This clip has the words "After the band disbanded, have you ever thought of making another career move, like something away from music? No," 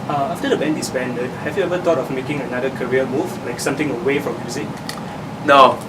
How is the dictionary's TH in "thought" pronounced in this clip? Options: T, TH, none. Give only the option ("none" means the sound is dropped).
T